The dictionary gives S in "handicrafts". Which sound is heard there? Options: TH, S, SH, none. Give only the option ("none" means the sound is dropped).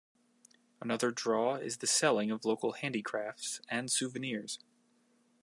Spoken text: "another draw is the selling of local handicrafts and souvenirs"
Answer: S